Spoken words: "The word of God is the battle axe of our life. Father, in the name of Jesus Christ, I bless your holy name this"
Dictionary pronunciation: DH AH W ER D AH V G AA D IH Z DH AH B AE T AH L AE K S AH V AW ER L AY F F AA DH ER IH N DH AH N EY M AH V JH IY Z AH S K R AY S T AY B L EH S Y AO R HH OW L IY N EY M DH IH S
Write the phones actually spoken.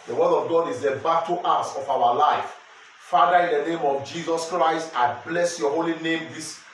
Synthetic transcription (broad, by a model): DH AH W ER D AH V G AA D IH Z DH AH B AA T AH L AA S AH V AW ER L AY F F AA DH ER IH N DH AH N EY M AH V JH IY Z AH S K R AY S T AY B L EH S Y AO HH OW L IY N EY M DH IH S